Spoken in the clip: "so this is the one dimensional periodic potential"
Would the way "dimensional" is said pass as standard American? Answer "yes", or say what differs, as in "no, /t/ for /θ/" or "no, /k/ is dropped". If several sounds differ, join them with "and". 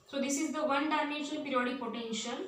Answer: no, /m/ is dropped